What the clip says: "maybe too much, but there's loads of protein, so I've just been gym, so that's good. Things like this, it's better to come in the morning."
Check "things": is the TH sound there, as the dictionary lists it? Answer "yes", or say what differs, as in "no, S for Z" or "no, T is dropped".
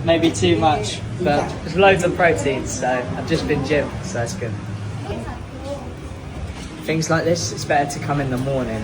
yes